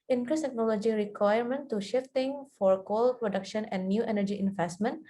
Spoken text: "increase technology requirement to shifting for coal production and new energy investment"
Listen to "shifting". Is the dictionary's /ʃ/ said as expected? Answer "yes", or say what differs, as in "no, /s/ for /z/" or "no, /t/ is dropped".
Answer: yes